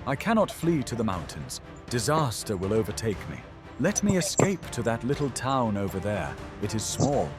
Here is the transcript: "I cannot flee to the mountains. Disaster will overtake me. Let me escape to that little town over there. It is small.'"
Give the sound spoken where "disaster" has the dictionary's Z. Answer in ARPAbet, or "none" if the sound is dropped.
Z